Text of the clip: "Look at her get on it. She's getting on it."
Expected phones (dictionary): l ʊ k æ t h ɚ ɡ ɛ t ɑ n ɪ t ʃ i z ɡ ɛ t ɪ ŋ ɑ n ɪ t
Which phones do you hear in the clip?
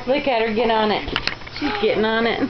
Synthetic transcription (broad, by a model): l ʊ k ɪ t h ɚ ɡ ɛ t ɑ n ɪ t ʃ i z ɡ ɛ t ɪ ŋ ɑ n ɪ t